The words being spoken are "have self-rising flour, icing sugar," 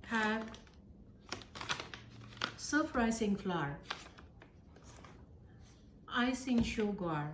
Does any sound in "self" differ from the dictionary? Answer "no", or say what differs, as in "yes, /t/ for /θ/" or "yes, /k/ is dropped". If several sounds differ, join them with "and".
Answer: yes, /l/ is dropped